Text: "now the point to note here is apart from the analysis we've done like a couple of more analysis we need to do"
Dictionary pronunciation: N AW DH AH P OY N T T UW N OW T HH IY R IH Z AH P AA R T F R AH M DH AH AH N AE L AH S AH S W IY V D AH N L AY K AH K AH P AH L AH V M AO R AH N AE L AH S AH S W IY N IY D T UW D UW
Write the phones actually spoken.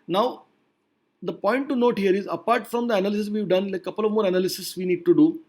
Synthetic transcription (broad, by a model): N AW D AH P OY N T T UW N OW T HH IY R IH Z AH P AA R T F R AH M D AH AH N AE L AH S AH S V IY V D AH N L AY AH K AH P AH L AH V M AO R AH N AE L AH S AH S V IY N IY D T UW D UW